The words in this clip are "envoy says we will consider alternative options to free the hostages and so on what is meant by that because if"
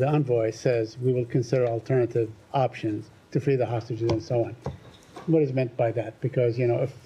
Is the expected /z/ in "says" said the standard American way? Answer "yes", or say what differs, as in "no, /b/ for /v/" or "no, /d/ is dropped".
yes